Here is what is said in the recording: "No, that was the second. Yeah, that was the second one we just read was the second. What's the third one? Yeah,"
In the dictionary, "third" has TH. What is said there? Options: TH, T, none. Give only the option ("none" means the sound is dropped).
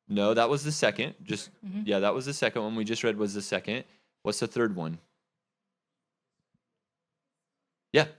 TH